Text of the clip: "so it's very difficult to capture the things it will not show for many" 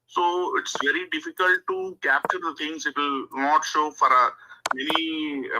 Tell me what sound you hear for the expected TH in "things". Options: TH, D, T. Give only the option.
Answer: T